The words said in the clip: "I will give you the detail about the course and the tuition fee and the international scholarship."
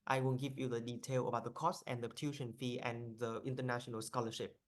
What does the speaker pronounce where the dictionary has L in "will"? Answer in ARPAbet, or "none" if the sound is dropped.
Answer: N